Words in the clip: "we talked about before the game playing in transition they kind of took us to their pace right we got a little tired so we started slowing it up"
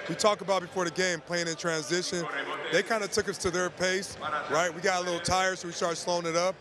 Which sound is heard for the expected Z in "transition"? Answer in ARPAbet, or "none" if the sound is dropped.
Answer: Z